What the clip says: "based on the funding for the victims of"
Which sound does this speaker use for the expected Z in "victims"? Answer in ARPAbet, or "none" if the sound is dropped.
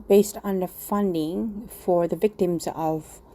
Z